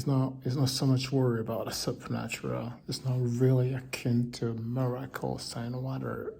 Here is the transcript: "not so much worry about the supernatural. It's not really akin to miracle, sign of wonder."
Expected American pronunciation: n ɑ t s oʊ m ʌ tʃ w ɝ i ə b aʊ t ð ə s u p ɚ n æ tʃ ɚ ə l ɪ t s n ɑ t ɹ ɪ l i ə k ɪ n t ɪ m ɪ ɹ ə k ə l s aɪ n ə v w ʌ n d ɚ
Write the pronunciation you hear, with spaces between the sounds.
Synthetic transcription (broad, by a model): n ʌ t s oʊ m ʌ tʃ w ɝ i ə b aʊ t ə s u p ɚ n æ tʃ ɚ ə l ɪ t s n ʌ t ɹ ɪ l i ə k ɪ n t ɪ m ɪ ɹ ə k ə l s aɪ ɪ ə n w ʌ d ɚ